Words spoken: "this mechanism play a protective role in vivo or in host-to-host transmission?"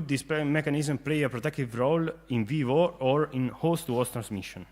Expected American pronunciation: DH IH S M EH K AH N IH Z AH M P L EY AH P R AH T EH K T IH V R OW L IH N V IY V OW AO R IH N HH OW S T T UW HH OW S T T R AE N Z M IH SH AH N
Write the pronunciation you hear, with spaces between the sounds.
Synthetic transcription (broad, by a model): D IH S M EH K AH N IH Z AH M P L EY AH P R AH T EH K T IH V R OW L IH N V IY V OW AO R IH N HH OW S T T UW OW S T T R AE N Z M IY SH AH N